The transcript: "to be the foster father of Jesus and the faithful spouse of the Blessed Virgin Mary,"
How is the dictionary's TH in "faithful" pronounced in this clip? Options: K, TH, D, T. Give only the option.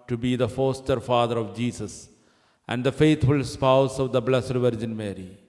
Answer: T